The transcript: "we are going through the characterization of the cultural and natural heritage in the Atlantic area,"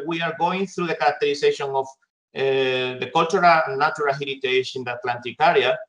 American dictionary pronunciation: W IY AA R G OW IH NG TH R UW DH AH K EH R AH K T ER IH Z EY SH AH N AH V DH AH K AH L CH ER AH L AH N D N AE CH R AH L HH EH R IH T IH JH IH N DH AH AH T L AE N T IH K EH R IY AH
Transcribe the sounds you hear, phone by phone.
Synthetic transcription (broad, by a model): W IY AA R G OW IH NG TH R UW DH AH K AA R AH K T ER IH S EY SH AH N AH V DH AH K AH L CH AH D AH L N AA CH R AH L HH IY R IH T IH SH IH N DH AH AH T L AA N T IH K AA R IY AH